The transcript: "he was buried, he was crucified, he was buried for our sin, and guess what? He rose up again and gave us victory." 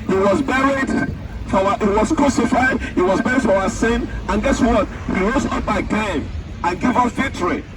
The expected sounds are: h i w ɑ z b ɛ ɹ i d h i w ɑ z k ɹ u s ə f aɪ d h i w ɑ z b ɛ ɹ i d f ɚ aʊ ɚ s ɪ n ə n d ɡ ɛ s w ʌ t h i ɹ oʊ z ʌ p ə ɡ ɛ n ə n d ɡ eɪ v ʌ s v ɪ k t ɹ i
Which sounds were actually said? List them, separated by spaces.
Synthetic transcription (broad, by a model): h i w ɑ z b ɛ ɹ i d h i w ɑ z k ɹ u s ə f aɪ d h i w ɑ z b ɛ ɹ i d f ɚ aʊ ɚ s ɪ n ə n ɡ ɛ s w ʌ t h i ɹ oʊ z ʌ b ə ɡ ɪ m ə n ɡ eɪ v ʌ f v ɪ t ɹ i